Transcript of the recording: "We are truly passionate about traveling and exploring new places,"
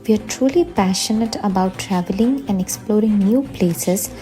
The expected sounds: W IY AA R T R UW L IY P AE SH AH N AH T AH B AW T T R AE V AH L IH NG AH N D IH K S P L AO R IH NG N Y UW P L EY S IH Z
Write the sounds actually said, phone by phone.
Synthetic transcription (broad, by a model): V IY AA R T R UW L IY P AE SH AH N AH T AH B AW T T R AE V AH L IH NG AH N D IH K S P L AO R IH NG N Y UW P L EY S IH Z